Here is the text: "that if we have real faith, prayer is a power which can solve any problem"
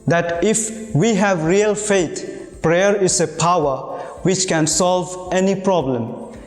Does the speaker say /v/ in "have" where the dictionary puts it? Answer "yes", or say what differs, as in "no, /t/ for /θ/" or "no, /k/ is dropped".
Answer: yes